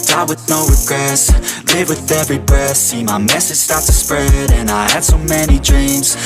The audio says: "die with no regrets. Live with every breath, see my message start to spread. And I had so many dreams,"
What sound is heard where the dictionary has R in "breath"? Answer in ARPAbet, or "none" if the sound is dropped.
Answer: none